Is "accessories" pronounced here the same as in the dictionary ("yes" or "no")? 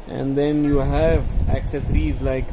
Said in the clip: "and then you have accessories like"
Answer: yes